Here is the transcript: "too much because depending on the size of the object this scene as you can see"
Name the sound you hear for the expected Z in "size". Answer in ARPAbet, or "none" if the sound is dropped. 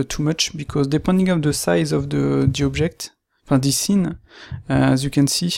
Z